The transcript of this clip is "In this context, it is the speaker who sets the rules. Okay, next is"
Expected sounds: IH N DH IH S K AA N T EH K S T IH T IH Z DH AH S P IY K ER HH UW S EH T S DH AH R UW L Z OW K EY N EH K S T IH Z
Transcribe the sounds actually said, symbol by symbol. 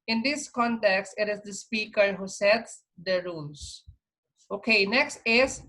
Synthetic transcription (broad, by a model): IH N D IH S K AA N T EH K S T IH T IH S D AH S P IY K ER HH UW S EH T S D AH R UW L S OW K EY N EH K S T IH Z